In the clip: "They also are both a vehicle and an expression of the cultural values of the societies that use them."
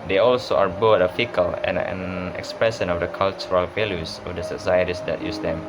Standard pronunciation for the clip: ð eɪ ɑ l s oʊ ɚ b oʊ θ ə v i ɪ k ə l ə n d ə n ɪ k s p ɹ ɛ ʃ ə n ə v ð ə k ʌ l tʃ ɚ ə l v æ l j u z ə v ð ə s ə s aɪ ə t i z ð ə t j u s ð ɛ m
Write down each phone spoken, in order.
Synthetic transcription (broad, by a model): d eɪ ɑ l s oʊ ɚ b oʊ t ə f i k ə l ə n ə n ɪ k s p ɹ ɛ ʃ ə n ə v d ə k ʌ l tʃ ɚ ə l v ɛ l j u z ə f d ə s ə s aɪ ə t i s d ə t j u s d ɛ m